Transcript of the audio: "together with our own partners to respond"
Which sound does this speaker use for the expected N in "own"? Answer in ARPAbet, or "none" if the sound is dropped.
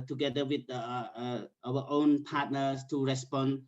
N